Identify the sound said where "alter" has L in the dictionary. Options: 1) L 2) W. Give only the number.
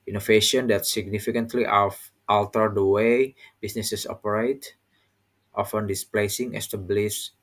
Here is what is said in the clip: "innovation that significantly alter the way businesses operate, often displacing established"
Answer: 1